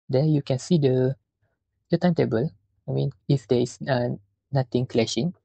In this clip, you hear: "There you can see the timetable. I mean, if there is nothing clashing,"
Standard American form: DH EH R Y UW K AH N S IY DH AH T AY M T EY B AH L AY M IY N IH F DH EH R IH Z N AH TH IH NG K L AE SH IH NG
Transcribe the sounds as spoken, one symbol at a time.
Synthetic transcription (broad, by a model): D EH Y UW K AH N S IY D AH T AY M T EY B AH L AY M IY N IH F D EH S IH N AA T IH NG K L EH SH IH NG